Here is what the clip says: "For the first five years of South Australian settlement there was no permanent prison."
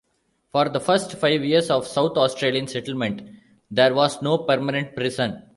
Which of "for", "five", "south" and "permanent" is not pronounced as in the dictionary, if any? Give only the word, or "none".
south